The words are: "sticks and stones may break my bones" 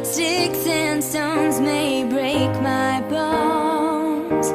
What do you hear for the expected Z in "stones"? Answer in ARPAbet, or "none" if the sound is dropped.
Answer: Z